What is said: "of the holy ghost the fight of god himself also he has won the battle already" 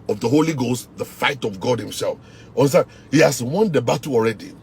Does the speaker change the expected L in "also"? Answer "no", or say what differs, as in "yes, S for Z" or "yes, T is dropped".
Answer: yes, N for L